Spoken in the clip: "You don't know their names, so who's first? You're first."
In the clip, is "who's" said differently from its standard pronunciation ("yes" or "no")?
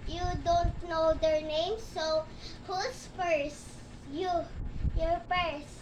yes